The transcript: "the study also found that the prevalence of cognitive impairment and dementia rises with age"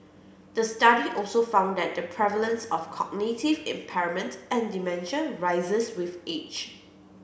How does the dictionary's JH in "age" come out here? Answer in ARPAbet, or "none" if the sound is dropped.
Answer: CH